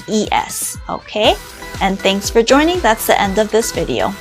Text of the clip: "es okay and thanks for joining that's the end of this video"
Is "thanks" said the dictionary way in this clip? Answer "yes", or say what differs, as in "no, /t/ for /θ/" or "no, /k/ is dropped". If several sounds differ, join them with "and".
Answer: yes